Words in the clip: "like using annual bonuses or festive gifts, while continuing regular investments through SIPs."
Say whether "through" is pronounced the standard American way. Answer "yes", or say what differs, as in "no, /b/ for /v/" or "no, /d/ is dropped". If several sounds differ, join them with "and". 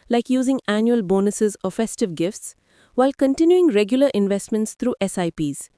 no, /t/ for /θ/